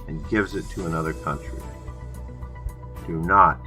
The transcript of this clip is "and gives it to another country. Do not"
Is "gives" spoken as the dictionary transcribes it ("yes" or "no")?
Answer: yes